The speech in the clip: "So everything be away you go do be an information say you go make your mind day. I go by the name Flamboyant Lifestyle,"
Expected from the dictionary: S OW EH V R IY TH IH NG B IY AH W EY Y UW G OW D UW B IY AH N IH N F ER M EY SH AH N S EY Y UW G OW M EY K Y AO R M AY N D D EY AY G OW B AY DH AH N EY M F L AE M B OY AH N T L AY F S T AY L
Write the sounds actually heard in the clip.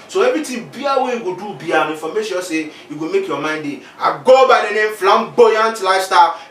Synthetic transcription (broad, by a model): S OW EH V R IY T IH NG B IY AH W EY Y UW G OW D UW B IY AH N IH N F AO M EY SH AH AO S EY Y UW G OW M EY K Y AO M AY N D D EY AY G OW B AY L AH N EY M F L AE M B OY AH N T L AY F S T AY